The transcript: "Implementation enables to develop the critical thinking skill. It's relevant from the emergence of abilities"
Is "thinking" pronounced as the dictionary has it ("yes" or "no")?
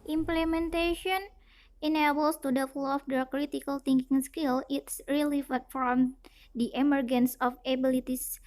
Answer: no